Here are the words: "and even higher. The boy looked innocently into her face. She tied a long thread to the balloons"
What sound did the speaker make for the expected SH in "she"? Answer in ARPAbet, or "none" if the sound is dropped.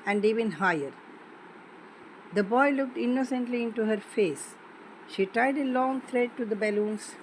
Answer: SH